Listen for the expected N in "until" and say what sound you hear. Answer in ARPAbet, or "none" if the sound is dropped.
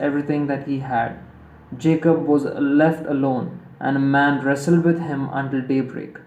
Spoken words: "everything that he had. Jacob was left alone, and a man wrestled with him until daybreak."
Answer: N